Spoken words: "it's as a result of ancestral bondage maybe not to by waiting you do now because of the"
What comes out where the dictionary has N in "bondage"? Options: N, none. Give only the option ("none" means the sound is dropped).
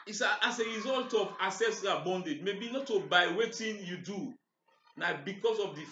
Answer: N